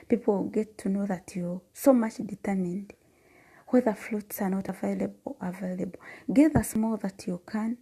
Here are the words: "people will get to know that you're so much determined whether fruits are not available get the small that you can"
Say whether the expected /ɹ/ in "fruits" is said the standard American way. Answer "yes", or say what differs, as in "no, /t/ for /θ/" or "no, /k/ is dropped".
no, /l/ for /ɹ/